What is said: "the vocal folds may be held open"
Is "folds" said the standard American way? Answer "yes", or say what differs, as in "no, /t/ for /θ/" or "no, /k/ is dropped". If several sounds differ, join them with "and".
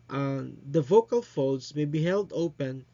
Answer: no, /l/ is dropped